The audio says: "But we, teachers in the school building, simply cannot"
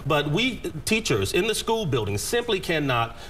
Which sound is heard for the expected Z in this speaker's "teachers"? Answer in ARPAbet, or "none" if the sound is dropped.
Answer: Z